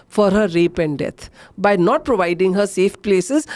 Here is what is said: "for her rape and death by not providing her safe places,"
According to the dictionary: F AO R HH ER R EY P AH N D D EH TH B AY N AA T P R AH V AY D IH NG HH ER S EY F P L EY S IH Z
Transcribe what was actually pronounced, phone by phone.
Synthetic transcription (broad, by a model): F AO R HH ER R EY P AH N D D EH T B AY N AA T P R AH V AY D IH NG HH ER S EY F P L EY S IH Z